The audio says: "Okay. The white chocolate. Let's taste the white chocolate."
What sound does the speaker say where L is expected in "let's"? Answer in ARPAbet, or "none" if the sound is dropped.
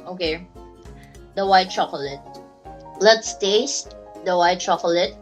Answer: L